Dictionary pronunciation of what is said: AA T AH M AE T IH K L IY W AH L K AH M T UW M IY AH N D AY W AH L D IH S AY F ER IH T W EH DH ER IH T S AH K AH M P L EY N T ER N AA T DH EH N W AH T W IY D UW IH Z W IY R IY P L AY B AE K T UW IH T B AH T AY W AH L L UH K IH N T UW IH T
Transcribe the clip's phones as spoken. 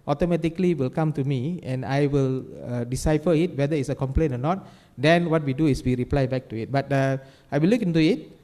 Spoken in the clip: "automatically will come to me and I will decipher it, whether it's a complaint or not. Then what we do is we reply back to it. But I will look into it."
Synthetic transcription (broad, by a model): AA T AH M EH T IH K L IY W AH L K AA M T UW M IY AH N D AY W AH L D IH S AY F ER IH T W EH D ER IH T S AH K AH M P L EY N AO N AA T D EH N W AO T W IY D UW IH S W IY R IY P L AY B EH K T UW IH T B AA T AY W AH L L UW K IH N T UW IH T